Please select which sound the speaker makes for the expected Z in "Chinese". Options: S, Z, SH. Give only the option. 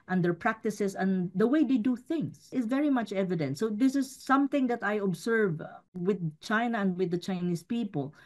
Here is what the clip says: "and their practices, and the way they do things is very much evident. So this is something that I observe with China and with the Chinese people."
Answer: S